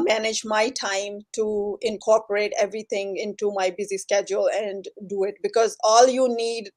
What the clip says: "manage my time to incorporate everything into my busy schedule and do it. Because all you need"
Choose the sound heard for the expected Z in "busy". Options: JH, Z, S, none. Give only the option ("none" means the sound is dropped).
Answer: Z